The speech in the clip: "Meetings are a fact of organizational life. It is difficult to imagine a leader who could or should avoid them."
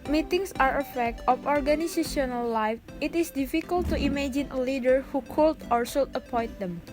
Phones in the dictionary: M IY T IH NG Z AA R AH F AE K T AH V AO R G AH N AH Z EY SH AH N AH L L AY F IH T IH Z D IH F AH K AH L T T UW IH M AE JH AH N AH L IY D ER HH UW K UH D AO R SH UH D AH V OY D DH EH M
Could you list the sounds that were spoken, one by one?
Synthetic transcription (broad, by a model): M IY T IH NG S AA R AH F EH K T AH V AO R G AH N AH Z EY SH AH N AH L L AY F IH T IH S D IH F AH K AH L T T UW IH M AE JH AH N AH L IY D ER HH UW K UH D AO R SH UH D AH P OY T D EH M